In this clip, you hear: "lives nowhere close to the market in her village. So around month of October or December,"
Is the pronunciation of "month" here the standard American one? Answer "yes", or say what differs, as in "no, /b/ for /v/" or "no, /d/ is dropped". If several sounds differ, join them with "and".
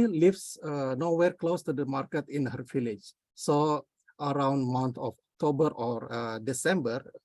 no, /t/ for /θ/